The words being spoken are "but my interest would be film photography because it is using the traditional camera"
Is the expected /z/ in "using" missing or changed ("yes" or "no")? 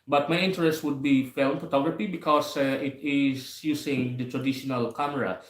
yes